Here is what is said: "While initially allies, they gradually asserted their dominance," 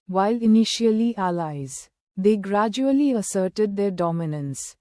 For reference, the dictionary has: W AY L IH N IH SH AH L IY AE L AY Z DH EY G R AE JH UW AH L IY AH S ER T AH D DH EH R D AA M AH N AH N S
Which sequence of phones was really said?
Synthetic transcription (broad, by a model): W AY L IH N IH SH AH L IY AE L AY Z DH EY G R AE JH UW AH L IY AH S ER T AH D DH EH R D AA M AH N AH N S